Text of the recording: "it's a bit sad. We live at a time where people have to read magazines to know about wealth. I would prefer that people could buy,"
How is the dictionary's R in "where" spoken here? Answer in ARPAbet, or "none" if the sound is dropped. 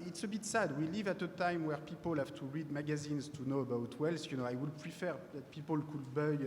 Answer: R